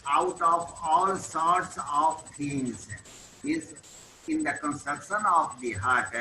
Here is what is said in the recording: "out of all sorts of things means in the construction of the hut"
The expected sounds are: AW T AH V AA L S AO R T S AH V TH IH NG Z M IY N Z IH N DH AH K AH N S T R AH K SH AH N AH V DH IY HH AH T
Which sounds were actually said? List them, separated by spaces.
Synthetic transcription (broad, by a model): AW T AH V AA L S AO R T S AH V T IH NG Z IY Z IH N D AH K AH N S T R AH K SH AH N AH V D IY HH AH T